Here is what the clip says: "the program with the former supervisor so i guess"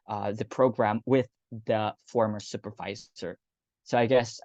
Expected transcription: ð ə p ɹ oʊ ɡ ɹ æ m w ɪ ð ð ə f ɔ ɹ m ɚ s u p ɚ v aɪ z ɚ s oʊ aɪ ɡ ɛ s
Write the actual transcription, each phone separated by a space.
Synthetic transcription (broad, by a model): ð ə p ɹ oʊ ɡ ɹ æ m w ɪ ð ð ə f ɔ ɹ m ɚ s u p ɚ v aɪ z ɚ s oʊ aɪ ɡ ɛ s